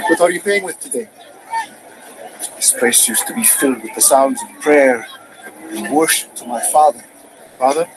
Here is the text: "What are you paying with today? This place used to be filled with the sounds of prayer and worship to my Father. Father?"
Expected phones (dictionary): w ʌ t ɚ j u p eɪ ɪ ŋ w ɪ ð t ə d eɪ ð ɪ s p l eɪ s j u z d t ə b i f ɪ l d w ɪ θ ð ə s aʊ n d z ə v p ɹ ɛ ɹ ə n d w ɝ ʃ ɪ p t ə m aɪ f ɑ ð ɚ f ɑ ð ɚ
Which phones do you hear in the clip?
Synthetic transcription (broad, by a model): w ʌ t ɚ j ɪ p eɪ ɪ ŋ w ɪ ð t ə d eɪ ð ɪ s p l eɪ s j u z t ə b i f ɪ l d w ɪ ð ə s aʊ n d z ə v p ɹ ɛ ɹ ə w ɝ ʃ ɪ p t ə m aɪ f ɑ ð ɚ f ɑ ð ɚ